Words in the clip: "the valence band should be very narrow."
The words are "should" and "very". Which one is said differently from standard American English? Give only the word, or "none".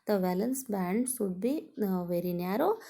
should